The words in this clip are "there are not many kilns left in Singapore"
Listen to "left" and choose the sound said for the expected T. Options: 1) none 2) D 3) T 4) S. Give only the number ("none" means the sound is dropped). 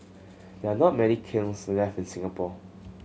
1